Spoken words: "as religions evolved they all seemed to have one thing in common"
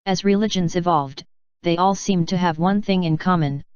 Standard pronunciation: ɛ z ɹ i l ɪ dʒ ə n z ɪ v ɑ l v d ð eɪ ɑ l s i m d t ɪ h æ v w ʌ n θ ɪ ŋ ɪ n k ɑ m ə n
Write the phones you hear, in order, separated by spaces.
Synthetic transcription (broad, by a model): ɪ z ɹ i l ɪ dʒ ə n z ɪ v ɑ l v d ð eɪ ɑ l s i m t ɪ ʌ v w ʌ n θ ɪ ŋ ɪ n k ɑ m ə n